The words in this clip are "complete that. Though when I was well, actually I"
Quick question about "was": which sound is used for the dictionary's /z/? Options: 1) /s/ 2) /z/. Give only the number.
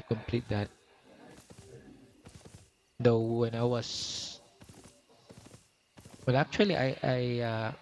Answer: 1